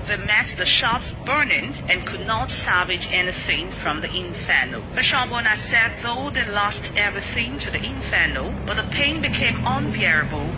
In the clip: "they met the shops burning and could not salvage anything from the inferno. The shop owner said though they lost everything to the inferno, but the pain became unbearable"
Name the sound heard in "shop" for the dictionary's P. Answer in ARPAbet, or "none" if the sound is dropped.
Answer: B